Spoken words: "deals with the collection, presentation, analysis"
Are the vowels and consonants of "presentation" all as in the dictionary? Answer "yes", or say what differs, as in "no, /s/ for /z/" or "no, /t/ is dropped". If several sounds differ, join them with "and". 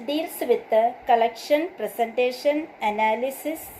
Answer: no, /s/ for /z/